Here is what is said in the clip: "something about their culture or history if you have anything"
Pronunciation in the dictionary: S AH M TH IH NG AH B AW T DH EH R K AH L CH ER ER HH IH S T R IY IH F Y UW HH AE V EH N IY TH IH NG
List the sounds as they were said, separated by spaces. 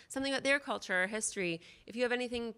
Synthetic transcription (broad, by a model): S AH M TH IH NG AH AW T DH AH R K AH L CH ER ER HH IH S T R IY IH F Y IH V EH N IY TH IH NG